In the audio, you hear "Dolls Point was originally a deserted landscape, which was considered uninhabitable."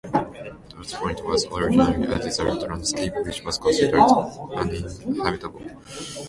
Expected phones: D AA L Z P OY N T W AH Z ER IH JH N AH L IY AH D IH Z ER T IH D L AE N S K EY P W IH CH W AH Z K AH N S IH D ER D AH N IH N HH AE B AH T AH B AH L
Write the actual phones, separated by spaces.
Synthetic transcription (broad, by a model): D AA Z P OY N T W AH Z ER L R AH N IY AH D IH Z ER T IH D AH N S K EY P W IH CH W AH Z K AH N S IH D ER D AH N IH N HH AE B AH T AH B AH L